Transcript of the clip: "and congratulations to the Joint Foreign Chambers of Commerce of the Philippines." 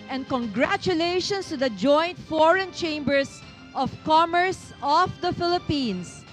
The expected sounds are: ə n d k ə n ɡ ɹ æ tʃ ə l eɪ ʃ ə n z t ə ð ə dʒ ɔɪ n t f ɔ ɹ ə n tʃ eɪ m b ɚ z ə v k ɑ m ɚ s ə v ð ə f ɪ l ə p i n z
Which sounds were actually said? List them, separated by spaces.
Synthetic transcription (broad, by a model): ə n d k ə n ɡ ɹ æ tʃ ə l eɪ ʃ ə n s t ə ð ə dʒ ɔɪ n t f ɔ ɹ ə n tʃ eɪ m b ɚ s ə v k ɑ m ɚ s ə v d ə f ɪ l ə p i n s